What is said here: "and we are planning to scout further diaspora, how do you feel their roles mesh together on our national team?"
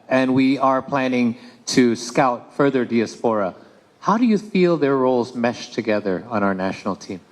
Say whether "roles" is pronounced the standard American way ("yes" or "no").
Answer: yes